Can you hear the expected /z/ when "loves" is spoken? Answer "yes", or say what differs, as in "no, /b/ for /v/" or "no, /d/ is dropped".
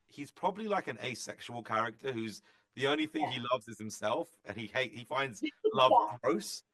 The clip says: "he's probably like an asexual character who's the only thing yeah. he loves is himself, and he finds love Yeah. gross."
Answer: yes